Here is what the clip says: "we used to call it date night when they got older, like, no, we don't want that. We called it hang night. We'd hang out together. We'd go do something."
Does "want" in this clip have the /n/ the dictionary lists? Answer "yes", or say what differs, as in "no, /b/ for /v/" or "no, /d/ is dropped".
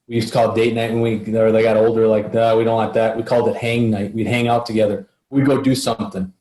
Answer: no, /n/ is dropped